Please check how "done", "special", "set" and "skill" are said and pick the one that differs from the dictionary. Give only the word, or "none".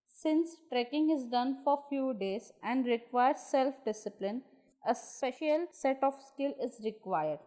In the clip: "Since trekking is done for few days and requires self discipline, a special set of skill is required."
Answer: none